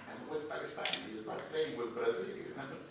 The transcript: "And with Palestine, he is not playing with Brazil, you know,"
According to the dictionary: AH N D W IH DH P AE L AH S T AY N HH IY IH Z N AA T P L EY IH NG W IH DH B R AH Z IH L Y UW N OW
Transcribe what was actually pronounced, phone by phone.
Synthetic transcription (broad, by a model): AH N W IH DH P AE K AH S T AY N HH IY IH Z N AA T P EY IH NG W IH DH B R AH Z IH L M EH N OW